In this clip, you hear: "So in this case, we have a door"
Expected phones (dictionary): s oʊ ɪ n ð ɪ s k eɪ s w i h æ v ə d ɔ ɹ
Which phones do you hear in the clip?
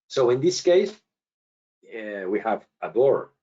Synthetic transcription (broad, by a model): s oʊ ɪ n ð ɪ s k eɪ s w i h æ v ə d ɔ ɹ